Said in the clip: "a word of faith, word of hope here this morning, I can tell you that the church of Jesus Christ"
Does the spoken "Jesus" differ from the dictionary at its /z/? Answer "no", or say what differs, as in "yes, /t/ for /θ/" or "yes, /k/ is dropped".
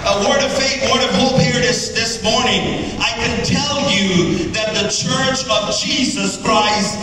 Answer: no